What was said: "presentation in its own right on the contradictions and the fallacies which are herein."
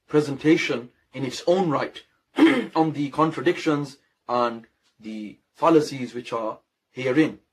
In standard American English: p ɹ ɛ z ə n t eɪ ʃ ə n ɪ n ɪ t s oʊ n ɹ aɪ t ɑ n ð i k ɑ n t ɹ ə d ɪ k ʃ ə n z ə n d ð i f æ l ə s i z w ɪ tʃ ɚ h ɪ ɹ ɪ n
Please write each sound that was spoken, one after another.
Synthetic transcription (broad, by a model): p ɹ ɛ z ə n t eɪ ʃ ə n ɪ n ɪ t s oʊ n ɹ aɪ t ɑ n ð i k ɑ n t ɹ ə d ɪ k ʃ ə n z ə n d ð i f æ l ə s i z w ɪ tʃ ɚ h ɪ ɹ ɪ n